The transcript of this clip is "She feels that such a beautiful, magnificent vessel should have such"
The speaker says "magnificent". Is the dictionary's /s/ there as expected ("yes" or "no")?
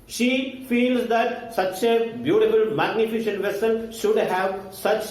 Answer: no